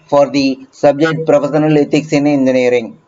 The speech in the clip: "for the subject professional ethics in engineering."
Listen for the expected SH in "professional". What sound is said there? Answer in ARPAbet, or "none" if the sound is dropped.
S